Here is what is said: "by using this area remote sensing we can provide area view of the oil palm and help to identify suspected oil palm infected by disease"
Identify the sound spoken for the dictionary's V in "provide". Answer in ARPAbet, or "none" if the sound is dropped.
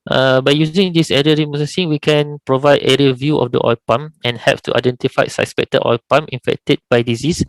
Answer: V